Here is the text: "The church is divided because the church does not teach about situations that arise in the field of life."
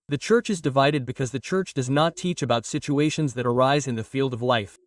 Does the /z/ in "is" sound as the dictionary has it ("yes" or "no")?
yes